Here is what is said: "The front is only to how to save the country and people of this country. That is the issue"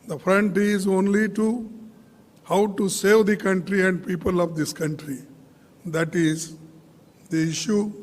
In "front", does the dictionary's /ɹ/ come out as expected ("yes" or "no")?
yes